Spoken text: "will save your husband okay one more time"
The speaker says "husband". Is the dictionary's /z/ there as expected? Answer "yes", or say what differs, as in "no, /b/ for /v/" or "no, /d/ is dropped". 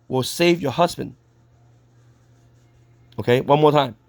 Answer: yes